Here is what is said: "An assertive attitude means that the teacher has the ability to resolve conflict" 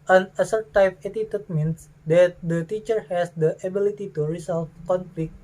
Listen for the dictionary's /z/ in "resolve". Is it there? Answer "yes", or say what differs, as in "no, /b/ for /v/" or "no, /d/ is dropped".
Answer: no, /s/ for /z/